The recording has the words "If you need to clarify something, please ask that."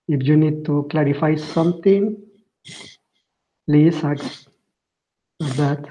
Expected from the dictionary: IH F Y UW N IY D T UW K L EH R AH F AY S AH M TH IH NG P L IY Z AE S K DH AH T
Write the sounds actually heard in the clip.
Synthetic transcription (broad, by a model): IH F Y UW N IY D T UW K L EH R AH F AY S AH M T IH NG P L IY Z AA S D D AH T